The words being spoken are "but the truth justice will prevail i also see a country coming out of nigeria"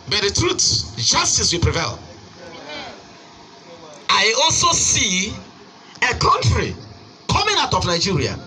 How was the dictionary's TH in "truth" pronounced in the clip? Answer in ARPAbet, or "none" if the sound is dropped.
S